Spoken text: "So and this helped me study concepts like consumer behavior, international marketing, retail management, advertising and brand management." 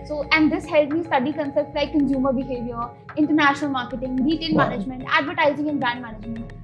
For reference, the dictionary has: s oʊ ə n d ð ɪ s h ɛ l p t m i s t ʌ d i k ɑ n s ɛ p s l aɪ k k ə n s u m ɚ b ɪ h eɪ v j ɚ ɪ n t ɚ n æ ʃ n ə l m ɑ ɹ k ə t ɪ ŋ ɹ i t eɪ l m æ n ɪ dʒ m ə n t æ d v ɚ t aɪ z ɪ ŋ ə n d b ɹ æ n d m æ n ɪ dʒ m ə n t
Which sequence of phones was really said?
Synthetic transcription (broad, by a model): s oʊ ə n d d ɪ s h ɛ l t m i s t ʌ d i k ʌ n s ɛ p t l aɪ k k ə n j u m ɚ b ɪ h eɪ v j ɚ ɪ n t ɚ n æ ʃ n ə l m ɑ ɹ k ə t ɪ ŋ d i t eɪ l m æ n ɪ dʒ m ə n t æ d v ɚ t aɪ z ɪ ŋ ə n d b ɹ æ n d m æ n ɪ dʒ m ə n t